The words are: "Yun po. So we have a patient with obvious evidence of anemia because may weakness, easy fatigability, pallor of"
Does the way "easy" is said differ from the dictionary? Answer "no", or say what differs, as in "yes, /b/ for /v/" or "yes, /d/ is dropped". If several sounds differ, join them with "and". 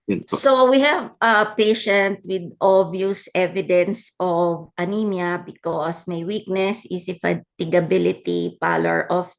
yes, /s/ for /z/